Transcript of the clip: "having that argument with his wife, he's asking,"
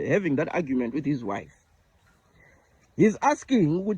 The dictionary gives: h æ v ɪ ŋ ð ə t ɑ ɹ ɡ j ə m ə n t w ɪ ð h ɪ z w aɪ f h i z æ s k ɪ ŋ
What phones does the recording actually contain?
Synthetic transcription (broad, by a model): h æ v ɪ ŋ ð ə t ɑ ɡ j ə m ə n t w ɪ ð h ɪ z w aɪ f h i z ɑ s k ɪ ŋ